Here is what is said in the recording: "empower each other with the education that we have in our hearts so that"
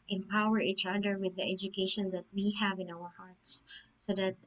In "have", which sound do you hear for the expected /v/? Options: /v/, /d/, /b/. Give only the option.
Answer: /v/